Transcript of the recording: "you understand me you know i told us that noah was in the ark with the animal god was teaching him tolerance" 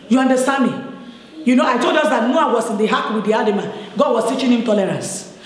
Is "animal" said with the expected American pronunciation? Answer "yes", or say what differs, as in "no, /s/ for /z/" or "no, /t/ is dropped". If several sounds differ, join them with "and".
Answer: no, /n/ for /l/